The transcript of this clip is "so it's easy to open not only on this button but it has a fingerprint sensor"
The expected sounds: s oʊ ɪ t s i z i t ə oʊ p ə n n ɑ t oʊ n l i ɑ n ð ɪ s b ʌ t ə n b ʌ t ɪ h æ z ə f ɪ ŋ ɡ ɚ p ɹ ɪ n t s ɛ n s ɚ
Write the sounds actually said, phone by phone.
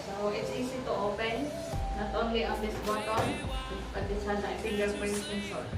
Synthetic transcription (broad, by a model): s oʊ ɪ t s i s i t ə oʊ p ə n n ɑ t oʊ n l i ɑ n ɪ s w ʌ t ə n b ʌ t ɪ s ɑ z ə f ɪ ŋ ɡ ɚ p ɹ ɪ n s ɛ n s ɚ